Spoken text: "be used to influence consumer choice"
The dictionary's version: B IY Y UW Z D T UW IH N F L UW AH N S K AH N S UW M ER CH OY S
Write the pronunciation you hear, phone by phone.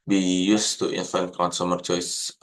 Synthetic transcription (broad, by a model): B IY Y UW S T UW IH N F UW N K AH N S UW M ER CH OY S